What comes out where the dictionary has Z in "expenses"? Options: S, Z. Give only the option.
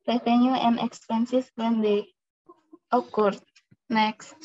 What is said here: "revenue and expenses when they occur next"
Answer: S